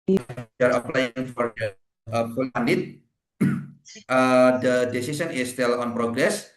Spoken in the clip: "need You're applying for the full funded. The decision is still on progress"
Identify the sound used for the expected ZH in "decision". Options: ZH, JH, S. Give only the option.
S